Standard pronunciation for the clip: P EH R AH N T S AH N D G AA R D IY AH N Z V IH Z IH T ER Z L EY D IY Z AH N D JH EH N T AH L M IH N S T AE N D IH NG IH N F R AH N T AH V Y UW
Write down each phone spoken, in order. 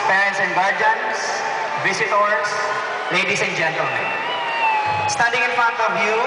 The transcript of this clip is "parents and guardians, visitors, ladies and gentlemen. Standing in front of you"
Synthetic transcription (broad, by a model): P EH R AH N S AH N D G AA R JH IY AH N S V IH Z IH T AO S L EY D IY S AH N JH EH N T AH L M IH N S T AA D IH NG IH N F AH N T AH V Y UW